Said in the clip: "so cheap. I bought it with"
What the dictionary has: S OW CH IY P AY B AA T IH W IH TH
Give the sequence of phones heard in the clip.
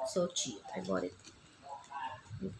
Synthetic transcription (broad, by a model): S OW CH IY AY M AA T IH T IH